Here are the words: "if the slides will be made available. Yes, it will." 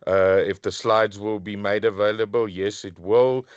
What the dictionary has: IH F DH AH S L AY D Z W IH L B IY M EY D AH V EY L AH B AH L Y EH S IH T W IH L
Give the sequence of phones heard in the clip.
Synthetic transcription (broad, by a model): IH F DH AH S L AY D Z W IH L B IY M EY D AH V EY L AH B AH L Y EH S IH T W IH L